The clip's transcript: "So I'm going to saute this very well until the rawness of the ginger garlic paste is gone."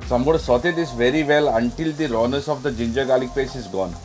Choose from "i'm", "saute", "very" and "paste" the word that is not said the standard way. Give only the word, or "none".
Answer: paste